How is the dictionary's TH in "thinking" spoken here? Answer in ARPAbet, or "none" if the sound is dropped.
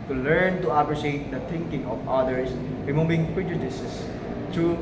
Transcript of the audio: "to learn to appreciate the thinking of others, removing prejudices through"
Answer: T